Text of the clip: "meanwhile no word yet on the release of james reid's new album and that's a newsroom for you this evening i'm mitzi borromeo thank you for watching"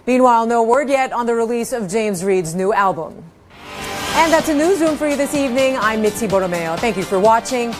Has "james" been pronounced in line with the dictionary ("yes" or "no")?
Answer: yes